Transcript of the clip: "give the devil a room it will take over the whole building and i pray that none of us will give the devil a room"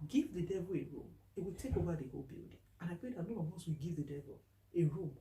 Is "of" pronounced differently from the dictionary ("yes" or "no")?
yes